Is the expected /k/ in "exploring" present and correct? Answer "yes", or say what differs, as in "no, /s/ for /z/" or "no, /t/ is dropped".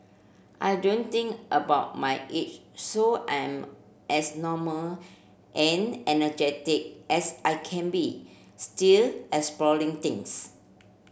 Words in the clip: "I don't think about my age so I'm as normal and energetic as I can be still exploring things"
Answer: no, /k/ is dropped